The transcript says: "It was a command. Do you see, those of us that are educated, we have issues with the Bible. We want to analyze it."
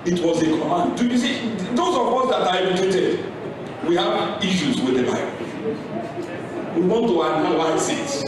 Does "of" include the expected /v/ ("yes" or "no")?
no